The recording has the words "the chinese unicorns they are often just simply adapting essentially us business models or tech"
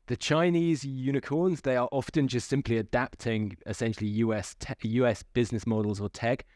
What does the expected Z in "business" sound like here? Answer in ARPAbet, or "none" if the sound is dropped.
Z